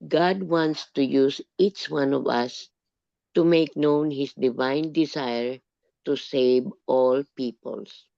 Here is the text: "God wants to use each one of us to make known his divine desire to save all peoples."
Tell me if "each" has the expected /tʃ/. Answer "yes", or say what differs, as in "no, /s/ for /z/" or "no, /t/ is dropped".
yes